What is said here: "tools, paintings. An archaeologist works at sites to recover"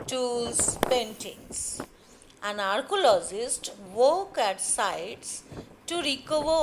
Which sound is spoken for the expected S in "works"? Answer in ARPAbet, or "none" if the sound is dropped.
none